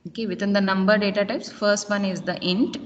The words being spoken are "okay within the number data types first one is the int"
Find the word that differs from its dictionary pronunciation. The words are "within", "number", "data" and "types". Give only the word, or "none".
within